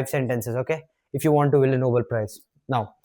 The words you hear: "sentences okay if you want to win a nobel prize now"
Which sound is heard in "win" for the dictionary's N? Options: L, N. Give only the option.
L